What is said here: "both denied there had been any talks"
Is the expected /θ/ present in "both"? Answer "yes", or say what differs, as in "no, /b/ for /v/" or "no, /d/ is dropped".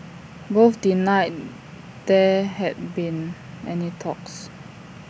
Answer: no, /f/ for /θ/